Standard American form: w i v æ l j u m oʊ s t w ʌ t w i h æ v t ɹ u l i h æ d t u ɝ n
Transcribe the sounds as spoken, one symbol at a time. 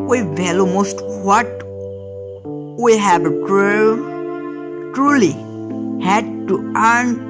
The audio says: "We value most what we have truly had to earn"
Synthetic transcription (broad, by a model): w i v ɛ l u m oʊ s t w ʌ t w i h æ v t ɹ u l i h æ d t u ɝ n